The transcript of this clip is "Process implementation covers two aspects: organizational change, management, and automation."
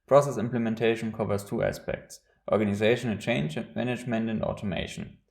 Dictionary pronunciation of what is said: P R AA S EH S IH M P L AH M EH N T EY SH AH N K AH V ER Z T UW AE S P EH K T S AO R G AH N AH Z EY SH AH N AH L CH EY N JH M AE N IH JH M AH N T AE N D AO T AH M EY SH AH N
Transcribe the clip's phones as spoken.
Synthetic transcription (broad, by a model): P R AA S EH S IH M P L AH M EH N T EY SH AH N K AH V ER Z T UW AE S P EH K T S AO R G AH N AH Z EY SH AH N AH N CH EY N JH M AE N IH JH M AH N T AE N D AO T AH M EY SH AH N